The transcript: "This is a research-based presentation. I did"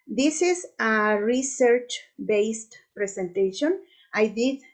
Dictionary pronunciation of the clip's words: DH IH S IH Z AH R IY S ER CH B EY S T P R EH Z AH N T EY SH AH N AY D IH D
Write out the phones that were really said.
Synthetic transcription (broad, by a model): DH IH S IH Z AH R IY S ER CH B EY S T P R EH S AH N T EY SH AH N AY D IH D